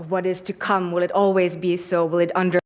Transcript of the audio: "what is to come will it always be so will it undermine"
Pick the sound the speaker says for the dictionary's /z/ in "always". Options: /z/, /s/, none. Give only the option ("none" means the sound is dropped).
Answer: /z/